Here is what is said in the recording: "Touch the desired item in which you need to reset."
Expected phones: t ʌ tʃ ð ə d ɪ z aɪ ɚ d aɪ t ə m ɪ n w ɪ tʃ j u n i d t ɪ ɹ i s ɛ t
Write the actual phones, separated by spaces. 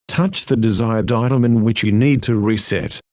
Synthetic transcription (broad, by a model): t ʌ tʃ ð ə d ɪ z aɪ ɚ d aɪ t ə m ɪ n w ɪ tʃ j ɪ n i d t ɪ ɹ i s ɛ t